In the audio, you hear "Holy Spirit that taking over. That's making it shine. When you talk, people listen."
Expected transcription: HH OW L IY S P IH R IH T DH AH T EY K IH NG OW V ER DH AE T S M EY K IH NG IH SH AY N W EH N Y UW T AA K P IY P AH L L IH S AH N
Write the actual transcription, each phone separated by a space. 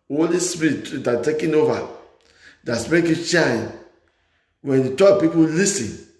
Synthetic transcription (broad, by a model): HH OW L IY S P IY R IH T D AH T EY K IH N OW V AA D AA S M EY IH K IH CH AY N W EH N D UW T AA P IY P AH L L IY S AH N